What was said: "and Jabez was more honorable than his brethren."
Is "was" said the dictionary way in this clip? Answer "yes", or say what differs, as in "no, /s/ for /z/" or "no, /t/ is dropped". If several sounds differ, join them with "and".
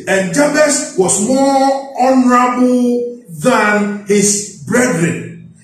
no, /s/ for /z/